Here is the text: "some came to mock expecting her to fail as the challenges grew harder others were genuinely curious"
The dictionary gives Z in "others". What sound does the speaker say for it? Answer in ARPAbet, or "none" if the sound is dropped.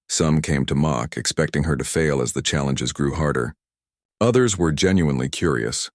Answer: Z